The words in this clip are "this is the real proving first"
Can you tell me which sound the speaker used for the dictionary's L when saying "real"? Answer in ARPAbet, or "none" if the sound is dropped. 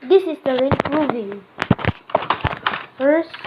N